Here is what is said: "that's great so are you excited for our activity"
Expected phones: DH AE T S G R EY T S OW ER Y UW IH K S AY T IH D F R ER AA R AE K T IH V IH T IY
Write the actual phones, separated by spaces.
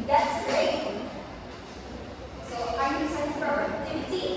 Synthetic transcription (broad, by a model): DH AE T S G R EY T S OW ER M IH S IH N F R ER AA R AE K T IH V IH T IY